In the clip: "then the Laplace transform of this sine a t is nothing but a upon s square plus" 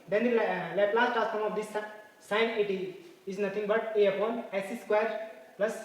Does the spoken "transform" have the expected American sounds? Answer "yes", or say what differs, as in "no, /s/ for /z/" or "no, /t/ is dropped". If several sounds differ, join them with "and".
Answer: no, /n/ is dropped